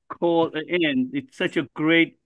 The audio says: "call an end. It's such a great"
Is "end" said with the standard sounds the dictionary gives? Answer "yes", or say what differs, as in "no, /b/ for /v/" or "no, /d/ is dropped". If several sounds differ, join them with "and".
no, /d/ is dropped